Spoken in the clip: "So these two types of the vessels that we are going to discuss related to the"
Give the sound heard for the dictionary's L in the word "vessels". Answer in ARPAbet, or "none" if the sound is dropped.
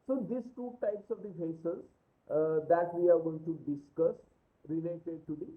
none